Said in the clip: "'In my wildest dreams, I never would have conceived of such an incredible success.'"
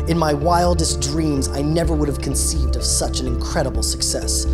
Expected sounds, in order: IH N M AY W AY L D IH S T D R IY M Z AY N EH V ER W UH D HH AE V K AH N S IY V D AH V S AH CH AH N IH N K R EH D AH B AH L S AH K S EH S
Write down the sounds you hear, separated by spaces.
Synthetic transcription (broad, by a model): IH N M AY W AY L D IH S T D R IY M Z AY N EH V ER W UH D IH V K AH N S IY V D AH V S AH CH AH N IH N K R EH D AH B L S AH K S EH S